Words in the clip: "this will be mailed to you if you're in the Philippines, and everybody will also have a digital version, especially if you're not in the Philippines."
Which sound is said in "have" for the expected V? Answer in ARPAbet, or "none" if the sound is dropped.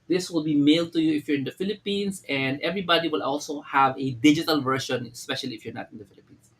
V